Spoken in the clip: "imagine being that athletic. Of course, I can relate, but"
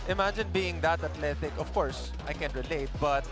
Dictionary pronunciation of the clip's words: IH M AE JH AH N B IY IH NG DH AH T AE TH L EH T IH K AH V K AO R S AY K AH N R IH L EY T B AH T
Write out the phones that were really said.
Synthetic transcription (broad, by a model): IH M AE JH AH N B IY IH NG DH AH T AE T L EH T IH K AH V K AO R S AY K AH N R IH L EY T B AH T